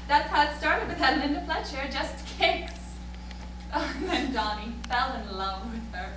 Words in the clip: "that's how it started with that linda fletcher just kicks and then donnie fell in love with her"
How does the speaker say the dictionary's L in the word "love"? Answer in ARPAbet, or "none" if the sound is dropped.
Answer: L